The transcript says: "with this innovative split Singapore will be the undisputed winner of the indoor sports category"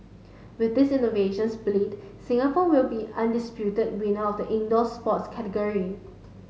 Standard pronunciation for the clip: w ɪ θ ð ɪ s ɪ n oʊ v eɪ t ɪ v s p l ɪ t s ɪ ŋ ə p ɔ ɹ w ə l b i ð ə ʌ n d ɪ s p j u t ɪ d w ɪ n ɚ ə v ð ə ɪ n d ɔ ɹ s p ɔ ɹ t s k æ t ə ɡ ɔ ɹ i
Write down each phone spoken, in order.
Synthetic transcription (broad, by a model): w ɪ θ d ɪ s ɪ n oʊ v eɪ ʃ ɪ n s b l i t s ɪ ŋ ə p ɔ w ə l b i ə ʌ n d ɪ s p j u t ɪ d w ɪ n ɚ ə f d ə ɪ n d ɔ s p ɔ t s k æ t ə ɡ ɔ ɹ i